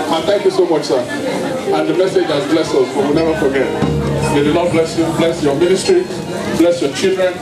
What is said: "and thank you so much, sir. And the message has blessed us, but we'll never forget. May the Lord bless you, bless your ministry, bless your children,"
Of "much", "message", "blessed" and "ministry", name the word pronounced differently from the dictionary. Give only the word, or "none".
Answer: blessed